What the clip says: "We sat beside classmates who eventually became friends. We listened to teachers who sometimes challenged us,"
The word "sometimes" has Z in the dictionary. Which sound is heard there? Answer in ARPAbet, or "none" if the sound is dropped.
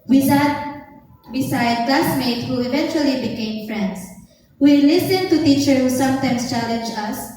S